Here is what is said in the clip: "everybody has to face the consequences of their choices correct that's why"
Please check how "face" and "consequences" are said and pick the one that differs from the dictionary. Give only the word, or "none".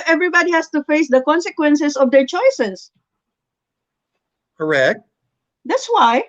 consequences